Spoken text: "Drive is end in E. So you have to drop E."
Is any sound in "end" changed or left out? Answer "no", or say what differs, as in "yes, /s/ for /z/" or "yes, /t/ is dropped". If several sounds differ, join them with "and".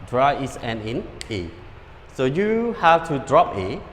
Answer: yes, /d/ is dropped